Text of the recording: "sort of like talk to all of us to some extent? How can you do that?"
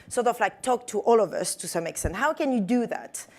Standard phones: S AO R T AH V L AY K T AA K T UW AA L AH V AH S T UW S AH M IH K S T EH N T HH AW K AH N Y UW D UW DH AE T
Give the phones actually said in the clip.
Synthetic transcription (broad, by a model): S AO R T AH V L AY K T AA K T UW AA L AH V AH S T UW S AH M IH K S T EH N T HH AW K AH N Y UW D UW DH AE T